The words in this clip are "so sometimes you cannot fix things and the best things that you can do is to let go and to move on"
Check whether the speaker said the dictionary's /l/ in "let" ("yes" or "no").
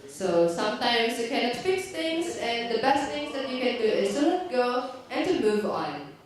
no